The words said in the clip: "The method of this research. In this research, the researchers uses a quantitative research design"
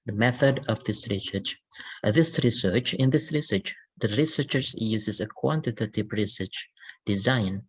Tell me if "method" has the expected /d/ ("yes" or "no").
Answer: yes